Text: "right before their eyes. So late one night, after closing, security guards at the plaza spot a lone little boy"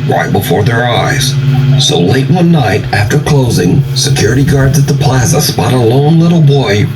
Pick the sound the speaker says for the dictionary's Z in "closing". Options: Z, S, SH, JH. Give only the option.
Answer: Z